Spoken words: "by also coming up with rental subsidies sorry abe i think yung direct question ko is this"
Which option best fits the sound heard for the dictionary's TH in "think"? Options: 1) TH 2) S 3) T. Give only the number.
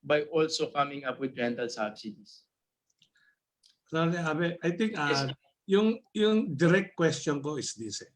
3